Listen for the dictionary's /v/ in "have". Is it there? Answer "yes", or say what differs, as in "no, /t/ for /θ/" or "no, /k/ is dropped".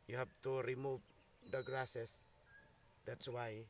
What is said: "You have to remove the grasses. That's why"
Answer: no, /p/ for /v/